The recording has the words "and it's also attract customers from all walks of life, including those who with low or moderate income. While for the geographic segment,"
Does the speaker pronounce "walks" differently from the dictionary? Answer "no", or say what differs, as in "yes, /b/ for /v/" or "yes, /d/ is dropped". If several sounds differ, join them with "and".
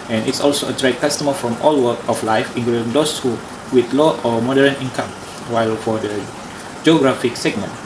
yes, /s/ is dropped